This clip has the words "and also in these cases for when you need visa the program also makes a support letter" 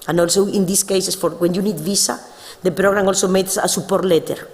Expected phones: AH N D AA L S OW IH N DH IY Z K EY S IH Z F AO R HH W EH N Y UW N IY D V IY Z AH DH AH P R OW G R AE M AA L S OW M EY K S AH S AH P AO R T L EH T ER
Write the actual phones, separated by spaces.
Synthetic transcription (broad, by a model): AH N AA L S OW IH N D IY S K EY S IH S F AO R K W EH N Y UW N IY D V IY S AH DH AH P R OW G R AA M AA L S OW M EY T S AH S AH P AO R T L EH T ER